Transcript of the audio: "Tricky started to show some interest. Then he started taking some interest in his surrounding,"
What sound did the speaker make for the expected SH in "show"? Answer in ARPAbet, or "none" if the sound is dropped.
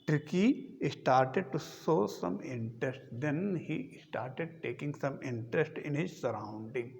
S